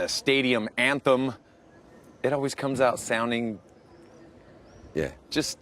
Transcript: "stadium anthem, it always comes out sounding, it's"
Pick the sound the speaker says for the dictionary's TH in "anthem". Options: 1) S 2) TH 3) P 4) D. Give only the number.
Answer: 2